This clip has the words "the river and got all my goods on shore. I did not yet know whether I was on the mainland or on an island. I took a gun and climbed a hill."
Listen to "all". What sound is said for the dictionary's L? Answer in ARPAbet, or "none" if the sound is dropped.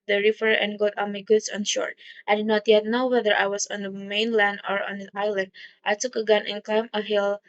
N